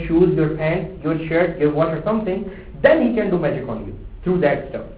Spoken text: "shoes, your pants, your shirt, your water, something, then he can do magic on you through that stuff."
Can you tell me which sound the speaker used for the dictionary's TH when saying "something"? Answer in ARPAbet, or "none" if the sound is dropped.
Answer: T